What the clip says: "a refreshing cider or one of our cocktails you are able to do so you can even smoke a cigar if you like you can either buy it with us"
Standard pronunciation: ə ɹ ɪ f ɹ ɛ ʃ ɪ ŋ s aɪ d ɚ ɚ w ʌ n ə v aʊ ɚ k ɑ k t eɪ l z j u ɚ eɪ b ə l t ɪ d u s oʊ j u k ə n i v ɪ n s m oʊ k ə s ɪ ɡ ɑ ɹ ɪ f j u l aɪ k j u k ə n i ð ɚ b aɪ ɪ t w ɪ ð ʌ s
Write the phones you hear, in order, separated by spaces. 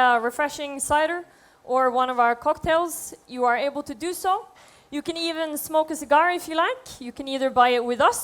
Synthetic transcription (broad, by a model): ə ɹ ɪ f ɹ ɛ ʃ ɪ ŋ s aɪ d ɚ ɚ w ʌ n ə v aʊ ɚ k ɑ k t eɪ l z j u ɚ eɪ b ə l t ɪ d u s oʊ j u k ə n i v ɪ n s m oʊ k ə s ɪ ɡ ɑ ɹ ɪ f j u l aɪ k j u k ə n i ð ɚ b aɪ ɪ t w ɪ ð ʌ s